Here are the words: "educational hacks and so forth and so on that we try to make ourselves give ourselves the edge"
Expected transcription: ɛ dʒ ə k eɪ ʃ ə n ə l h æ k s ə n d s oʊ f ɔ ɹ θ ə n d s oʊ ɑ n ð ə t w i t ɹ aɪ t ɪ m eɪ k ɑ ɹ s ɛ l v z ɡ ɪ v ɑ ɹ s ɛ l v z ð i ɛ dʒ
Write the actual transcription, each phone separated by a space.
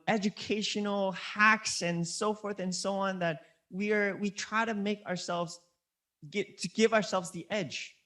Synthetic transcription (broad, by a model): ɛ dʒ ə k eɪ ʃ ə n l h æ k s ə n s oʊ f ɔ ɹ θ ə n s oʊ ɑ n ð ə t w i t ɹ aɪ t ɪ m eɪ k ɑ ɹ s ɛ l v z ɡ ɪ v ɑ ɹ s ɛ l v z ð i ɛ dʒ